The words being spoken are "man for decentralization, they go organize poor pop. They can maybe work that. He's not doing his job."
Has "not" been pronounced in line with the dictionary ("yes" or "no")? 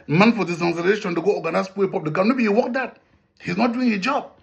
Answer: yes